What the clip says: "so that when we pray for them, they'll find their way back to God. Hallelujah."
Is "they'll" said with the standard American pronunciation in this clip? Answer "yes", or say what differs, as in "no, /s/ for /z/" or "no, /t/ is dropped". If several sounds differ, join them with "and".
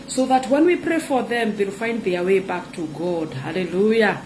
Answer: yes